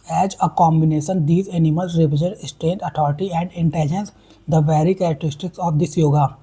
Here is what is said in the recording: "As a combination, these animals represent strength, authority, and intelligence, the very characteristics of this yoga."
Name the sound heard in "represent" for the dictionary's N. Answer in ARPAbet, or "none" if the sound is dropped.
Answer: none